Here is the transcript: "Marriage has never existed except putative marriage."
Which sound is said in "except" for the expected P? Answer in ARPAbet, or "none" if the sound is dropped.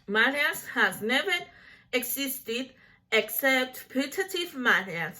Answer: P